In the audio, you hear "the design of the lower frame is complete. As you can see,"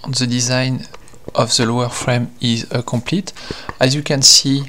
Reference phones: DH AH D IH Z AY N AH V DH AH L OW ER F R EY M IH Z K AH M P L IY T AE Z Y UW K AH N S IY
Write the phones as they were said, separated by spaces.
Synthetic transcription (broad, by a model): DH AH D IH Z AY N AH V DH AH L OW ER F R EY M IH Z K AH M P L IY T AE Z Y UW K AH N S IY